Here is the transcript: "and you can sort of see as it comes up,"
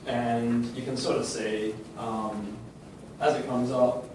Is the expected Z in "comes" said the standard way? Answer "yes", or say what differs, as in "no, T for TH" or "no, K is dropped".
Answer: yes